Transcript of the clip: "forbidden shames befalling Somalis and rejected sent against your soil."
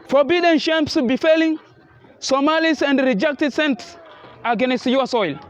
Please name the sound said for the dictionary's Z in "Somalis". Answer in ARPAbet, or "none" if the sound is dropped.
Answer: S